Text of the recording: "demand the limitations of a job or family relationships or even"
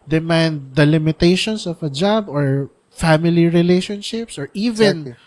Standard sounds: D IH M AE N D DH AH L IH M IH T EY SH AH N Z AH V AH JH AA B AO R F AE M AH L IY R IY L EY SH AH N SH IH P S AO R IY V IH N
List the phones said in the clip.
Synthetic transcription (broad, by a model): D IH M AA N D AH L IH M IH T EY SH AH N S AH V AH JH AA B AO R F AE M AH L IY R IY L EY SH AH N SH IH P S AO R IY V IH N